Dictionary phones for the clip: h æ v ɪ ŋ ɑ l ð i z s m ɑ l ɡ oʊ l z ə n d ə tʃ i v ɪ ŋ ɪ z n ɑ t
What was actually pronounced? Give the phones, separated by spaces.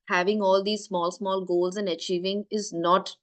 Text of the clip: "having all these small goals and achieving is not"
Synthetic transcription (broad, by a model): h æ v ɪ ŋ ɑ l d i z s m ɑ l ɡ oʊ l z ə n d ə tʃ i v ɪ ŋ ɪ z n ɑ t